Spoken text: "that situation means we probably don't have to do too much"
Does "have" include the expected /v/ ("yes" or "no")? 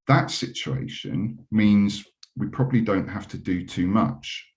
no